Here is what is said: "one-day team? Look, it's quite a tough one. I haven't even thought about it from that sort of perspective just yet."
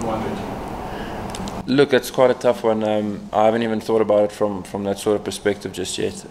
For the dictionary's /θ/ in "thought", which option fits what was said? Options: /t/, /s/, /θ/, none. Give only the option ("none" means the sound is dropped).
/θ/